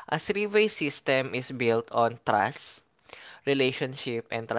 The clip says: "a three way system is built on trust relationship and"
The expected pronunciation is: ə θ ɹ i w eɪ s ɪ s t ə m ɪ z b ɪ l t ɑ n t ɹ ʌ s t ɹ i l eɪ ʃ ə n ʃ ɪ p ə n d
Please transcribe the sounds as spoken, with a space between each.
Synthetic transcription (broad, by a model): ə s ɹ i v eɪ s ɪ s t ə m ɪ s b ɪ l t ɑ n t ɹ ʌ s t ɹ i l eɪ ʃ ə n ʃ ɪ p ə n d